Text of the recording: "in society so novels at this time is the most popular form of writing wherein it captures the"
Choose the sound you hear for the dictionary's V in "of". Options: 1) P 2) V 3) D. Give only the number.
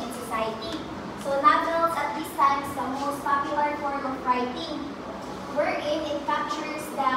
1